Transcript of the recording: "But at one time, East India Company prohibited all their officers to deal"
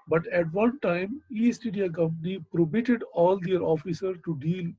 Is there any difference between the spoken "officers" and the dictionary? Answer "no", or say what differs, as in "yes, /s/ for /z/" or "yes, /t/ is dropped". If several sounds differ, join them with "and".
yes, /z/ is dropped